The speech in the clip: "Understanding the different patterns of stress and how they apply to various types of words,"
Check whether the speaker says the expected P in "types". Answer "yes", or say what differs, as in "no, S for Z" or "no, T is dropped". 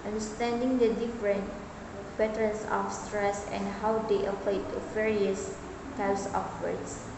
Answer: no, P is dropped